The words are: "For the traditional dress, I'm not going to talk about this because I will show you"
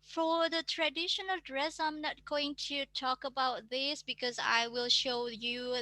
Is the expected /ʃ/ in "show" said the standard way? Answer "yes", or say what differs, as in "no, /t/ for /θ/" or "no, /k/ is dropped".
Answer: yes